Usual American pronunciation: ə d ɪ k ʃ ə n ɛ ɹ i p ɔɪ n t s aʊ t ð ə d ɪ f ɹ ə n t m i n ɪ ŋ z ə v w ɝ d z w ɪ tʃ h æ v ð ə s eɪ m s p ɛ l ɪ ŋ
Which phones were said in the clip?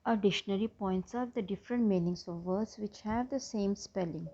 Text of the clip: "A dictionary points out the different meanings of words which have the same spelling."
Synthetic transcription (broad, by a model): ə d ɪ ʃ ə n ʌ ɹ i p ɔɪ n t s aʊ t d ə d ɪ f ɹ ə n t m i n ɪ ŋ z ə v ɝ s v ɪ tʃ h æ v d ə s eɪ m s p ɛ l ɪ ŋ